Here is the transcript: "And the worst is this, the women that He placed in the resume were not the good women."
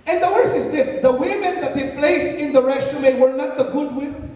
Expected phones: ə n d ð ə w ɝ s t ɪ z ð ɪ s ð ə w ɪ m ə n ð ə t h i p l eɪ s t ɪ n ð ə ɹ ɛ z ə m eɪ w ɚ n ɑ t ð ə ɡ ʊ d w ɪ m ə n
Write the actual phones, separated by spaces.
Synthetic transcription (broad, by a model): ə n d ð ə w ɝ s ɪ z ð ɪ s ð ə w ɪ m ə n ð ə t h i p l eɪ s t ɪ n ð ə ɹ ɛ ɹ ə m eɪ w ɚ n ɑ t ð ə ɡ ʊ d w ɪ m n